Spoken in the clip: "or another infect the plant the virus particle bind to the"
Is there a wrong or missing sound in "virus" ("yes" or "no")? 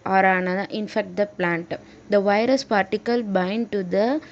no